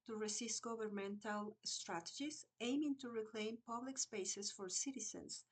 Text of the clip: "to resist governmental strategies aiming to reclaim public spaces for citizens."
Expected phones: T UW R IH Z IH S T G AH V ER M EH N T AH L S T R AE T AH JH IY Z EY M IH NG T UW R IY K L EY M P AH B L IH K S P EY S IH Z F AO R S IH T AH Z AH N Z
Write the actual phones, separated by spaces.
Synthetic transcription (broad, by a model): T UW R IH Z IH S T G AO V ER M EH N T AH L S T R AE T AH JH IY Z EY M IH NG T UW R IY K L EY M P AH B L IH K S P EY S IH S F AO R S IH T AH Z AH N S